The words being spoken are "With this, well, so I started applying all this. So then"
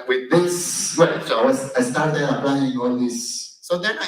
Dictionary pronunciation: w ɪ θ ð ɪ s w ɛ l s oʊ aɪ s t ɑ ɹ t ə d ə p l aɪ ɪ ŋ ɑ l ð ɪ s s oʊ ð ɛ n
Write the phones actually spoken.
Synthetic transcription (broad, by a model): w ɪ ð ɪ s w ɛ w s aɪ s t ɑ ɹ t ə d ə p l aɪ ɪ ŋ ɑ l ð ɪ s s oʊ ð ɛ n